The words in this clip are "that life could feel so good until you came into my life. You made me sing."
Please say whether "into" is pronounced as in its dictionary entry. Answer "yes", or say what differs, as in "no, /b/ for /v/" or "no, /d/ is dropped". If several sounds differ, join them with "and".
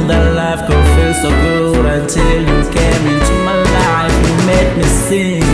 no, /n/ is dropped